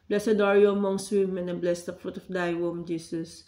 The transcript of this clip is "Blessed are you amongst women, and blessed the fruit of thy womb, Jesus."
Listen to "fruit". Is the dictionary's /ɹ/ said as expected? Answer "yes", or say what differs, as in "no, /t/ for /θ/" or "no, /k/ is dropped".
yes